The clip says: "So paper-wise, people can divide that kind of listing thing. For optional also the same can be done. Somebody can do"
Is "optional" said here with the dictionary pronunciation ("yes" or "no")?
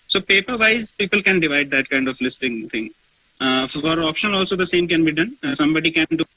no